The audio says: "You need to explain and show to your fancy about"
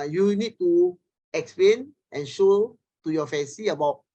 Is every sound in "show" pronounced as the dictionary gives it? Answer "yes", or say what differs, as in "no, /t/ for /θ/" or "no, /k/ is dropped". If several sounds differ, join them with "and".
yes